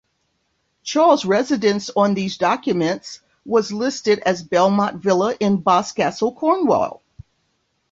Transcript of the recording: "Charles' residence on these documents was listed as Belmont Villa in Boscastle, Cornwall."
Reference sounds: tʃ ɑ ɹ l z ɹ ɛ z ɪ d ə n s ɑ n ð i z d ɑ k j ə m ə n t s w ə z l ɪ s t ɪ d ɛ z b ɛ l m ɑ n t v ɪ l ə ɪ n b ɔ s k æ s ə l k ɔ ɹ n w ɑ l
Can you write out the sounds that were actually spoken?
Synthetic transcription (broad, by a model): tʃ ɑ ɹ l z ɹ ɛ z ɪ d ə n s n ð i z d ɑ k j ə m ə n t s w ə z l ɪ s t ɪ d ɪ z b ɛ l m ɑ t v ɪ l ə ɪ n b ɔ s k æ s l k ɔ ɹ n w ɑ l